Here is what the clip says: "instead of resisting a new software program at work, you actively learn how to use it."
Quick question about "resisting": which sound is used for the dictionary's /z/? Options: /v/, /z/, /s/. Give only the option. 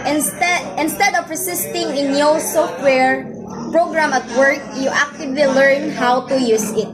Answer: /s/